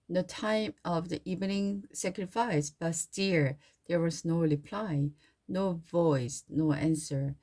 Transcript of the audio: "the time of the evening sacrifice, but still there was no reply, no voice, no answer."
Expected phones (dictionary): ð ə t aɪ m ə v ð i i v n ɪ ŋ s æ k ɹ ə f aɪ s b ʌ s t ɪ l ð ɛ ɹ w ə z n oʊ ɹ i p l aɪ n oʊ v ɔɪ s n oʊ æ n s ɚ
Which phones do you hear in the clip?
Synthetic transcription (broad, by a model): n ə t aɪ m ə v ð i i v n ɪ ŋ s æ k ɹ ə f aɪ s b ʌ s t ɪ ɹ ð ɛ ɹ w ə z n oʊ ɹ i p l aɪ n oʊ v ɔɪ s n oʊ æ n s ɚ